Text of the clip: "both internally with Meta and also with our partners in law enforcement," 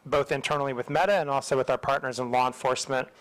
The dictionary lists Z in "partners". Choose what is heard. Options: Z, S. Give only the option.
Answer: Z